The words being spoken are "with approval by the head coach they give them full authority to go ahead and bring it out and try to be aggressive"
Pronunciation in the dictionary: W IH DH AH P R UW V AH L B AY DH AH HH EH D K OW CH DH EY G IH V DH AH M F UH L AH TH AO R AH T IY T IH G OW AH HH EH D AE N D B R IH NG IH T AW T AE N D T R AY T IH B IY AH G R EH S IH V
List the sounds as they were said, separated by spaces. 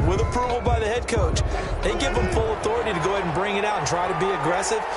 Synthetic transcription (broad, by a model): W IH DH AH P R UW V L B AY DH AH HH EH D K OW CH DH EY G IH V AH M F UH L AH TH AO R AH T IY T IH G OW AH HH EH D N B R IH NG IH T AW T N T R AY T IH B IY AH G R EH S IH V